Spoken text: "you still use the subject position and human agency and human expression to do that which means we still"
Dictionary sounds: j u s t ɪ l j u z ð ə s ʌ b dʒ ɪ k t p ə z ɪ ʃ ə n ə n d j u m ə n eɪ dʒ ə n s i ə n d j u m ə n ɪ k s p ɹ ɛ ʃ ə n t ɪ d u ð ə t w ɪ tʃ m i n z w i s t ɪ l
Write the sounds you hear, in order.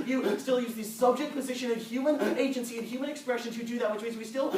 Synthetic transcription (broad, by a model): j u s t ɪ l j u z ð ə s ʌ b dʒ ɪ k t p ə z ɪ ʃ ə n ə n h j u m ə n eɪ dʒ ə n s i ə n j u m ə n ɪ k s p ɹ ɛ ʃ ə n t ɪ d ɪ ð ə t w ɪ tʃ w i z w i s t ɪ l